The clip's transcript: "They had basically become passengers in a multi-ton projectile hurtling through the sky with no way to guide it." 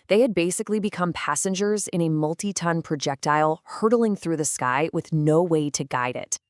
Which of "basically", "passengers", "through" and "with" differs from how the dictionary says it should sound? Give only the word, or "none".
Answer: none